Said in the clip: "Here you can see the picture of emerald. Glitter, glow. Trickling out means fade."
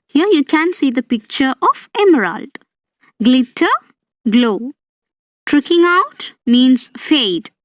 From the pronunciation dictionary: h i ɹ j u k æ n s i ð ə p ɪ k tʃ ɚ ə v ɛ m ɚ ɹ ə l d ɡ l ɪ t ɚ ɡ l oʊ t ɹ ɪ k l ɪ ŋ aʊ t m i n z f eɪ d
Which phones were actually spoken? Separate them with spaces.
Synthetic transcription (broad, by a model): h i ɹ j u k æ n s i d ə p ɪ k tʃ ɚ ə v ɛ m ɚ ɹ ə l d ɡ l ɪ t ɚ ɡ l oʊ t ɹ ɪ k ɪ ŋ aʊ t m i n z f eɪ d